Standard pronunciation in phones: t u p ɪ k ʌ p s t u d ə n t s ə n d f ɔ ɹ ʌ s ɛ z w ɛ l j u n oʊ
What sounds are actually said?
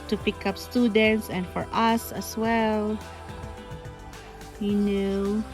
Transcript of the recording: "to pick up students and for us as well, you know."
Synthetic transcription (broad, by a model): t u p ɪ k ʌ p s t u d ə n t s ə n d f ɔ ɹ ʌ s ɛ s w ɛ l j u n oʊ